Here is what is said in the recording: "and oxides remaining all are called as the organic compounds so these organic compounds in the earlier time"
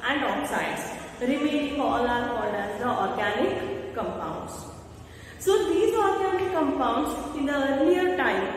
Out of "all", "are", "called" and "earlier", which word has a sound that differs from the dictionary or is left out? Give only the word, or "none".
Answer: called